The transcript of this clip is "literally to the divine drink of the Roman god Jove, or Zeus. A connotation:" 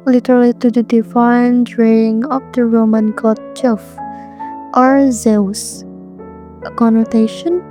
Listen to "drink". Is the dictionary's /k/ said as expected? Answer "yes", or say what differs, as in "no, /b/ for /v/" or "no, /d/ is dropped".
no, /k/ is dropped